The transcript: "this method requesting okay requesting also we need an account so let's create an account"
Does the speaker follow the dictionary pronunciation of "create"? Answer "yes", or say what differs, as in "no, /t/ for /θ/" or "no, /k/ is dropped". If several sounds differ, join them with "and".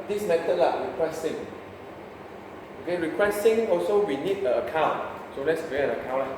no, /t/ is dropped